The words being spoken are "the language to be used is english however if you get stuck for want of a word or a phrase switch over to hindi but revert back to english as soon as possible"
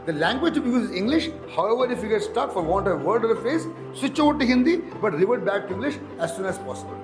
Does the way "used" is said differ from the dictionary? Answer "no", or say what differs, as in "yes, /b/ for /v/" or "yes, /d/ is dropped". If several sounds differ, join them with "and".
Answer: yes, /d/ is dropped